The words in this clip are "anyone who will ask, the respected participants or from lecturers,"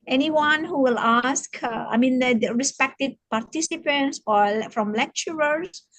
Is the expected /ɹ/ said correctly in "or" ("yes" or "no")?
no